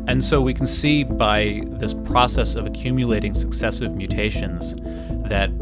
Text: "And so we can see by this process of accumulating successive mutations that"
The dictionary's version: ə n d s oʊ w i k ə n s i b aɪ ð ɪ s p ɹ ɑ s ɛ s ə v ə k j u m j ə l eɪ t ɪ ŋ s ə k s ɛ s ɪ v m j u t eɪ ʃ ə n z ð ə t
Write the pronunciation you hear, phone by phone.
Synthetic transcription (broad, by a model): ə n s oʊ w i k n s i b aɪ ð ɪ s p ɹ ɑ s ɛ s ə v ə k j u m j ə l eɪ t ɪ ŋ s ə k s ɛ s ɪ v m j u t eɪ ʃ ə n z ð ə t